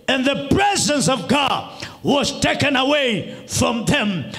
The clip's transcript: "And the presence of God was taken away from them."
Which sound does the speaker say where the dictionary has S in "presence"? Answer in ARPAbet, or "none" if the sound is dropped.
S